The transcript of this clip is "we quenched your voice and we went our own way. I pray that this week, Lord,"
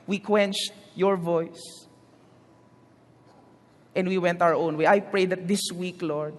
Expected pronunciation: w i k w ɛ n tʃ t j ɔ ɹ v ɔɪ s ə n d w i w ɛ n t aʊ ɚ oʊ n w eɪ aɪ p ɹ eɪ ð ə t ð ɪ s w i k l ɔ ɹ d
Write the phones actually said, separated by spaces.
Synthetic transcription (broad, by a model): w i k w ɛ n tʃ t j ɔ ɹ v ɔɪ s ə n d w i w ɛ n t aʊ ɚ oʊ n w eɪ aɪ p ɹ eɪ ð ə t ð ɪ s w i k l ɔ ɹ d